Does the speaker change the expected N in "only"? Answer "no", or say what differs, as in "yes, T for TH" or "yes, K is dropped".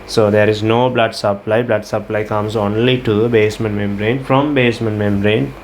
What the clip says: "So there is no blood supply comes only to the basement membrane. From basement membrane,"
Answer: no